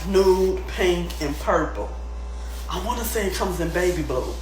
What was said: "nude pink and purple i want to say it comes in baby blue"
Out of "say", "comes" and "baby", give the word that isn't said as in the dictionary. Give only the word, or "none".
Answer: none